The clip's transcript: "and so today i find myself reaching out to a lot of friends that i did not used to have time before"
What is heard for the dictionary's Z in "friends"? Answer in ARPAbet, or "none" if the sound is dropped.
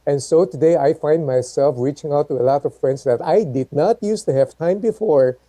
S